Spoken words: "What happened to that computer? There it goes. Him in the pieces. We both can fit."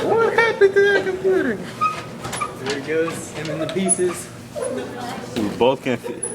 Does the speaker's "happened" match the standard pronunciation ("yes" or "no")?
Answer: no